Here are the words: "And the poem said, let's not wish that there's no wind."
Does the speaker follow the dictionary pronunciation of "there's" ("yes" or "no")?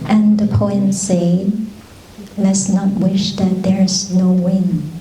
yes